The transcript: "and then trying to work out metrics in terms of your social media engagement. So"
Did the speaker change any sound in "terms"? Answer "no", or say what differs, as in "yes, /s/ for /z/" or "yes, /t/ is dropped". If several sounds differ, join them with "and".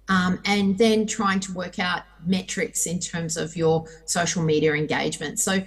no